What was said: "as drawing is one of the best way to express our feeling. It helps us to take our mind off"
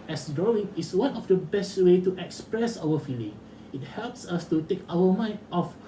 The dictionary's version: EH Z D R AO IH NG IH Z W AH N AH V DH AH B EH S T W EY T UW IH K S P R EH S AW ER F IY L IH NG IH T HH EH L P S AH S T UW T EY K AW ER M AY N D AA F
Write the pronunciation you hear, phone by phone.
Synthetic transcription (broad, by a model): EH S D R AO IH NG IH S W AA N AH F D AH B EH S T W EY T UW IH K S P R EH S AW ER F IY L IH NG IH T HH EH L P S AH S T UW T EY K AW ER M AY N AA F